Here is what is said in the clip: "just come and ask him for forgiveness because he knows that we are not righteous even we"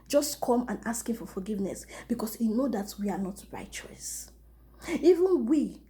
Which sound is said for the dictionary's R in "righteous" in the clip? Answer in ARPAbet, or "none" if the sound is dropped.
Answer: R